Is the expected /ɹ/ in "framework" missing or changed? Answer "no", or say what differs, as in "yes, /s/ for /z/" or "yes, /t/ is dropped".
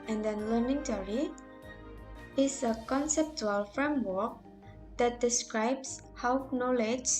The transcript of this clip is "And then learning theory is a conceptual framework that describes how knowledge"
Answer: no